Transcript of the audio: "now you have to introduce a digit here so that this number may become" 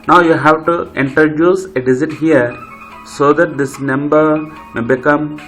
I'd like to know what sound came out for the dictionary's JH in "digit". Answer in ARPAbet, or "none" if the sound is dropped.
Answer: Z